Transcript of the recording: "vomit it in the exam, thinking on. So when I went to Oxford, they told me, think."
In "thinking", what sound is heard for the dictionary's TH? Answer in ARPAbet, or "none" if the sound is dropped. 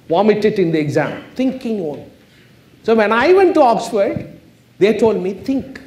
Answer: T